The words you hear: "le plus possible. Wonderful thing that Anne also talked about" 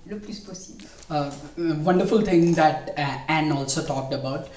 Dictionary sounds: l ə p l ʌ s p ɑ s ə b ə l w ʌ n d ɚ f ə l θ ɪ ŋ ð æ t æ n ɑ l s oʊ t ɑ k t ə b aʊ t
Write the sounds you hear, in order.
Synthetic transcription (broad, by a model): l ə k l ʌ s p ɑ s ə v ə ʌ n d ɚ f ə l t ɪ ŋ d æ t æ n ɑ l s oʊ t ɑ k t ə b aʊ t